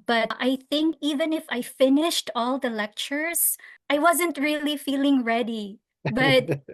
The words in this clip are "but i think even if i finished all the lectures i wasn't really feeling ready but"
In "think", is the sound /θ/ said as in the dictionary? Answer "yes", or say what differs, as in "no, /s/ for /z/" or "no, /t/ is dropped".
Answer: yes